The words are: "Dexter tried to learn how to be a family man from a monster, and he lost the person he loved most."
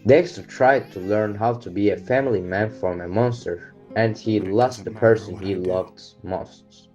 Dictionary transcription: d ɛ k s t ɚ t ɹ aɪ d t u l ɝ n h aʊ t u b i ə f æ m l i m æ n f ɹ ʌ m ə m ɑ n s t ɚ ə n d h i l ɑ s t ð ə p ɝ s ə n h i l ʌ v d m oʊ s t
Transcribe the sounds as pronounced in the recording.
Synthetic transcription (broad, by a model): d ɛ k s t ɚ t ɹ aɪ d t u l ɝ n h aʊ t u b i ə f æ m l i m æ n f ɹ ʌ m ə m ɑ n s t ɚ ə n d h i l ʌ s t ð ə p ɝ s ə n h i l ʌ v d m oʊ s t